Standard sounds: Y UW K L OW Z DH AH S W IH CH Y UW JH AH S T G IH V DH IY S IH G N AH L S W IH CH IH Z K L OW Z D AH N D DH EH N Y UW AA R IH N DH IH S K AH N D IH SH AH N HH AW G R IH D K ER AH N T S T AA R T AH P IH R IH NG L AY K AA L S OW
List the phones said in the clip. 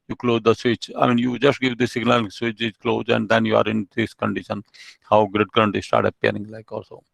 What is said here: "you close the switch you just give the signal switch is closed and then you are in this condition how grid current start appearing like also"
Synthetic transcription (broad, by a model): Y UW K L OW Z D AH S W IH CH Y UW JH AH S T G IH V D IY S IH G N AH L S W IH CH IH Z K L OW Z AH N D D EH N Y UW AA R IH N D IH S K AH N D IH SH AH N HH AW G R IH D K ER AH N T S T AA R T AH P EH R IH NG L AY K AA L S OW